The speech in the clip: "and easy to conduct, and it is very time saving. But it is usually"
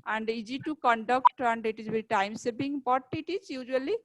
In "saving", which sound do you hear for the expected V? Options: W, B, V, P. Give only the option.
B